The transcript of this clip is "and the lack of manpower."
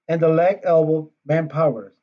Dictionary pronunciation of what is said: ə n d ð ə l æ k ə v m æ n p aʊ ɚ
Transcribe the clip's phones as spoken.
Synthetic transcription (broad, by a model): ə n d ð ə l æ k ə b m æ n p aʊ ɚ